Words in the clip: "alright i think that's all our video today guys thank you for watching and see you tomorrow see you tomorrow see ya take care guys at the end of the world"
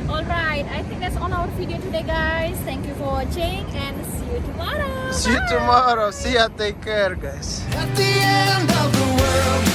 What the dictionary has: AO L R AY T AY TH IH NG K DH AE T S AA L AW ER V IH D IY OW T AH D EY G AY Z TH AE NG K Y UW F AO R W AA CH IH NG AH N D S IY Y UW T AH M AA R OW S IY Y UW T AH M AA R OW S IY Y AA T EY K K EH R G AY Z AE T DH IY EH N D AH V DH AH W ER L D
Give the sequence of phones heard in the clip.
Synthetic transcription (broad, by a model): AO L R AY T AY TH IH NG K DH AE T S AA N AW ER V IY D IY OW T AH D EY G AY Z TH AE NG K Y UW F AO R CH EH IH NG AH N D S IY Y UW T AH M AA R OW S IY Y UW T AH M AA R OW S IY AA T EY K K EH R G AY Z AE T DH IY EH N D AH V DH AH W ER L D